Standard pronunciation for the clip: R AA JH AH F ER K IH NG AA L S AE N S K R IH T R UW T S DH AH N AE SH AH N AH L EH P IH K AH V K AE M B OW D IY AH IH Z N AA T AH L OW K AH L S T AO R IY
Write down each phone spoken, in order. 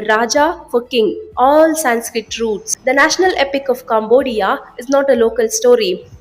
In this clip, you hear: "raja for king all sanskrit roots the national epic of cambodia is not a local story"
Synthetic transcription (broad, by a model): R AA JH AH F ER K IH NG AA L S AE N S K R IH T R UW T S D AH N AE SH AH N AH L EH P IH K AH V K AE M B OW D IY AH IH Z N AA T AH L OW K AH L S T AO R IY